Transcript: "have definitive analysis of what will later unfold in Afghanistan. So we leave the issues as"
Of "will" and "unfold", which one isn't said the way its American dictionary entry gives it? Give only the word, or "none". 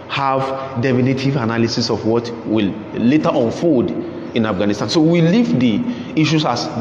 unfold